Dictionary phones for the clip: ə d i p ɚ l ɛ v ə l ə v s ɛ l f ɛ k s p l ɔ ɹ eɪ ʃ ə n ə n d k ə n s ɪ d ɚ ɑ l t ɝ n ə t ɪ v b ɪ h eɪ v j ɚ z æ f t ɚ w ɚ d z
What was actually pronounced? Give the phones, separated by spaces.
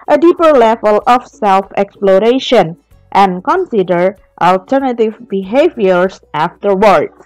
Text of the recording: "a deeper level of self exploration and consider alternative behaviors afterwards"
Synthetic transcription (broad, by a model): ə d i p ɚ l ɛ v ə l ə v s ɛ l f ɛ k s p l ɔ ɹ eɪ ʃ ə n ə n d k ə n s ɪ d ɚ ɑ l t ɝ n ə t ɪ v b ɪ h eɪ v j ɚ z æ f t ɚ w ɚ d